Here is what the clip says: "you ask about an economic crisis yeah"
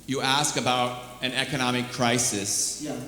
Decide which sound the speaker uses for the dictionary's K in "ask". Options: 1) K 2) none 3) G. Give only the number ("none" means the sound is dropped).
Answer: 1